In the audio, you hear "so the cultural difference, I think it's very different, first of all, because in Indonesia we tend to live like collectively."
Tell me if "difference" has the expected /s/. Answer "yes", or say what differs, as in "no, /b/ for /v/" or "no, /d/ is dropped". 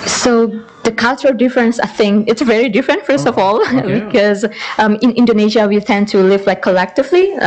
yes